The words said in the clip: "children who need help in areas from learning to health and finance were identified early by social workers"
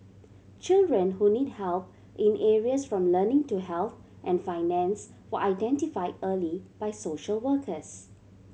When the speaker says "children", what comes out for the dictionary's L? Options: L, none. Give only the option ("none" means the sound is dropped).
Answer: L